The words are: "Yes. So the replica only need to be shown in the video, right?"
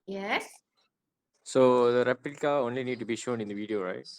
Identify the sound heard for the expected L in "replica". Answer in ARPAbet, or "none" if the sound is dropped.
none